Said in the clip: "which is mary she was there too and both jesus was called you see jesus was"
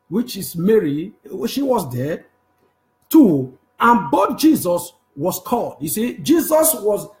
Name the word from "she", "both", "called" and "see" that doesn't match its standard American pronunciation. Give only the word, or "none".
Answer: both